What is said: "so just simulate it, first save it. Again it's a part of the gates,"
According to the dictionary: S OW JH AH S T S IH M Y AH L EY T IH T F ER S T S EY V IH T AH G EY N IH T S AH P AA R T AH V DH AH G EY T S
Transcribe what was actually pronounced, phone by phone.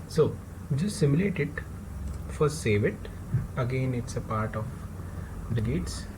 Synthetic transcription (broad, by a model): S OW JH AH S T S IH M Y AH L EY T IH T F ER T S EY V IH T AH G EY N IH T S AH P AA R T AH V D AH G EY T S